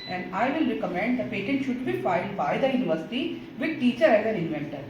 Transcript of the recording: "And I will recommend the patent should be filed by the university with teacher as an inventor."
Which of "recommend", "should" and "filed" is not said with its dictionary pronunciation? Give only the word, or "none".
none